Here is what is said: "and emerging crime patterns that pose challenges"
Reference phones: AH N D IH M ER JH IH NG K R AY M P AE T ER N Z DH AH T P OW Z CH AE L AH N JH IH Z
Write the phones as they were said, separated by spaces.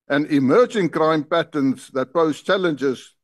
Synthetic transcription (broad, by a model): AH N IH M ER JH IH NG K R AY M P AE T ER N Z DH AH T B OW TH CH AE L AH N JH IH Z